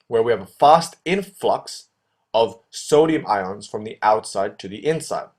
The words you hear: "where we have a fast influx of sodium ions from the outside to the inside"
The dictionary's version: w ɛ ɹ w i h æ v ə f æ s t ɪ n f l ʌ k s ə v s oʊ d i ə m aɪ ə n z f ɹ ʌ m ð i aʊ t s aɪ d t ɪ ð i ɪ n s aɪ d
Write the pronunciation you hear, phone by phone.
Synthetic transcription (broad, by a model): w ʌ ɹ w i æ v ə f æ s t ɪ n f l ʌ k s ə v s oʊ d i ə m aɪ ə n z f ɹ ʌ m ð i aʊ t s aɪ d t ɪ ð i ɪ n s aɪ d